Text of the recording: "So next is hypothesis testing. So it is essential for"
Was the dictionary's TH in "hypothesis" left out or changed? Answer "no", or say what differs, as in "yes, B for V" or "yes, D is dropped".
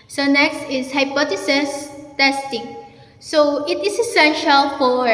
yes, T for TH